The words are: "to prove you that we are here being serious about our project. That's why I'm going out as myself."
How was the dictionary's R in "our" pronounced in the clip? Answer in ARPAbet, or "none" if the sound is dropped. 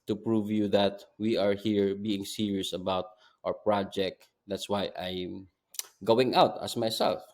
R